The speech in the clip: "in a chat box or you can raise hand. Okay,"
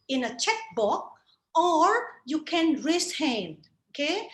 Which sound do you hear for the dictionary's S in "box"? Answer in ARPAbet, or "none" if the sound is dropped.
none